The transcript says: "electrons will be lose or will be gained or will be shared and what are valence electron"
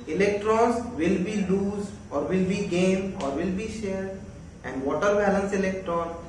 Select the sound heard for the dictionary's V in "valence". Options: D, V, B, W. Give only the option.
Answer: B